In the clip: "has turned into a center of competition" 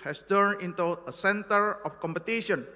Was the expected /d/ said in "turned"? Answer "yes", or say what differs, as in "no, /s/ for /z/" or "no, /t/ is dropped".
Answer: no, /d/ is dropped